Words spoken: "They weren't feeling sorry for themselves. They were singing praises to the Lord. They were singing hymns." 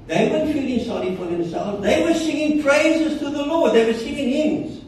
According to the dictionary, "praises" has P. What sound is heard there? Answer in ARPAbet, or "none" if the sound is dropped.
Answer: P